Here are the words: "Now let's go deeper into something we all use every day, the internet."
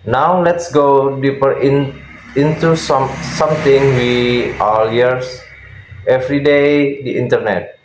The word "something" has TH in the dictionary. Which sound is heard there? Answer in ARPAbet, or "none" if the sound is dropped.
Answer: S